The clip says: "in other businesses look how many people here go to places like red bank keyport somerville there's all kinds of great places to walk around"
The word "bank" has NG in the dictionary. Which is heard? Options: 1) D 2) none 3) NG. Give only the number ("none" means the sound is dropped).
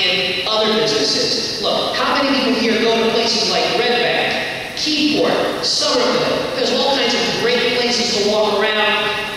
2